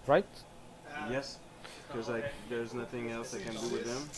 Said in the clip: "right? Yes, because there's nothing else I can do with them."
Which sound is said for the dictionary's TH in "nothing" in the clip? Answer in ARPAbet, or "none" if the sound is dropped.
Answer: TH